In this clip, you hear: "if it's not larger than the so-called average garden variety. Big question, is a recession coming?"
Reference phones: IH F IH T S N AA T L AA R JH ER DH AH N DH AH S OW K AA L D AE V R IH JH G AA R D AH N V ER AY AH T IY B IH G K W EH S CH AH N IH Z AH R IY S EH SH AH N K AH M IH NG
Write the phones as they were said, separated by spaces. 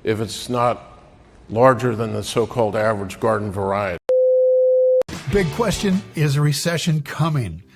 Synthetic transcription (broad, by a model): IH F IH T S N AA T L AA R JH ER DH AH N DH AH S OW K AA L D AE V R IH JH G AA R D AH N V ER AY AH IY B IH G K W EH S CH AH N IH Z AH R IY S EH SH AH N K AH M IH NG